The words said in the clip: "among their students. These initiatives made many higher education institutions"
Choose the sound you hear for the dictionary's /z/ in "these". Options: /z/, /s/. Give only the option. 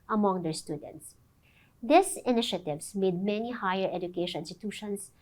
/s/